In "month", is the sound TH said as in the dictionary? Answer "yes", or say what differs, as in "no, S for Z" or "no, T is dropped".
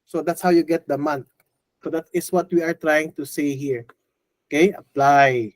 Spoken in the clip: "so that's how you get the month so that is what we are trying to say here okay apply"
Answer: no, T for TH